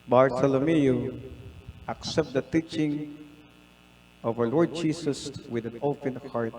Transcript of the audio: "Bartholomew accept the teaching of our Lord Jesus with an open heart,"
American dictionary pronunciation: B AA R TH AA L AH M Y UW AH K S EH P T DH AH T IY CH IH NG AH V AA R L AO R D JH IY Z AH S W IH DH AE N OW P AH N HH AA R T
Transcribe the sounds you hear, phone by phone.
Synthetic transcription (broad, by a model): B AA R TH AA L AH M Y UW AH K S EH P T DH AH T IY CH IH NG AH V AA R L AO R D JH IY S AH S W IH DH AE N OW P AH N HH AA R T